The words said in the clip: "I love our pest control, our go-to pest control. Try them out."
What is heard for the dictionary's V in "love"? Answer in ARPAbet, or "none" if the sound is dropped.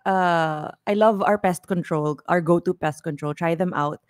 V